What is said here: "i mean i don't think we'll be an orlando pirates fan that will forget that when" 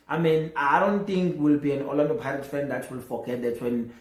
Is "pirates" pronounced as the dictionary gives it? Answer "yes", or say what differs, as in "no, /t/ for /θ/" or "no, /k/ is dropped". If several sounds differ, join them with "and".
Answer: no, /s/ is dropped